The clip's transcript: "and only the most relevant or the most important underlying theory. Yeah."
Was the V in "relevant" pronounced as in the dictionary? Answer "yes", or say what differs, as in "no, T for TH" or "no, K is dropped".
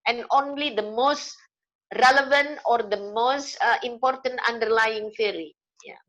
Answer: yes